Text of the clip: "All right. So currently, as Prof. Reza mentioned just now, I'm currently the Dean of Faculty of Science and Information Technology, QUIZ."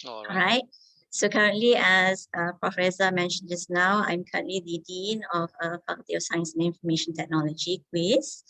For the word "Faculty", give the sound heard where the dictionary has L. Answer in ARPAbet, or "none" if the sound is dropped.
none